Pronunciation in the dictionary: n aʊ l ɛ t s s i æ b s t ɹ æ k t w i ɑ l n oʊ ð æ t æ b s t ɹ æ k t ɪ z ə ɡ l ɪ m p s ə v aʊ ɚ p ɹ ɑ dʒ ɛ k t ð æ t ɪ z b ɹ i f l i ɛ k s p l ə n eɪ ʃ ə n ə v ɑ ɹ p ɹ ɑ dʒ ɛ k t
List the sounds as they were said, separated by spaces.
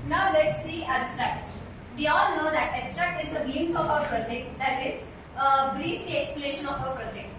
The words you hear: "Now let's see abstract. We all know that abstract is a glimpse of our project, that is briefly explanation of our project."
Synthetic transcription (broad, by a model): n aʊ l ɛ t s s i æ b s t ɹ æ k t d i ɑ l n oʊ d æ t æ b s t ɹ æ k t ɪ z ə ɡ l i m s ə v aʊ ɚ p ɹ ɑ dʒ ɛ k t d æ t ɪ z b ɹ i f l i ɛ k s p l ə eɪ ʃ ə n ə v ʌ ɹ p ɹ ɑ dʒ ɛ k t